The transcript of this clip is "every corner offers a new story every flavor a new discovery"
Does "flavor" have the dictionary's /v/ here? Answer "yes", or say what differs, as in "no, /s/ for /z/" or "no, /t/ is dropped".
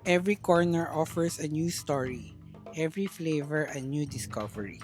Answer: yes